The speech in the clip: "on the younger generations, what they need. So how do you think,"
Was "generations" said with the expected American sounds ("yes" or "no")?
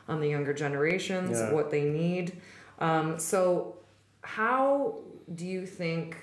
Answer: yes